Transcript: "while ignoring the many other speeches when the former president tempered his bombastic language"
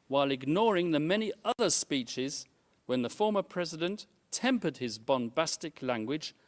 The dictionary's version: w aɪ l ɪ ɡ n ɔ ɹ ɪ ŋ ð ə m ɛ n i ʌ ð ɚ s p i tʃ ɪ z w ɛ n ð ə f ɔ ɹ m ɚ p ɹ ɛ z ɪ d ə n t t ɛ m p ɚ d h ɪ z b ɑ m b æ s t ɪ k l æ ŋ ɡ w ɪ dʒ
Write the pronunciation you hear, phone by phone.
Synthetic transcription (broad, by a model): w aɪ l ɪ ɡ n ɔ ɹ ɪ ŋ ð ə m ɛ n i ʌ ð ɚ s p i tʃ ɪ z w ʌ n ð ə f ɔ ɹ m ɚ p ɹ ɛ z ɪ d ə n t t ɛ m p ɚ d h ɪ z b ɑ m b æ s t ɪ k l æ ŋ ɡ w ɪ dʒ